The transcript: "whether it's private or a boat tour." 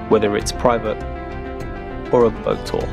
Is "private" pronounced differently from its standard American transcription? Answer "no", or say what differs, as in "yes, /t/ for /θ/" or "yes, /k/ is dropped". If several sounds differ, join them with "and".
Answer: no